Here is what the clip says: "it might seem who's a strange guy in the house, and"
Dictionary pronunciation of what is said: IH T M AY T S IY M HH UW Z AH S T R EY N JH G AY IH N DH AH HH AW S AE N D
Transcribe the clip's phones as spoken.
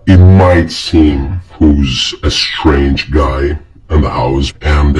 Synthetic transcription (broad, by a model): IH T M AY T S IY M HH UW Z AH S T R EY N JH G AY IH N DH AH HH AW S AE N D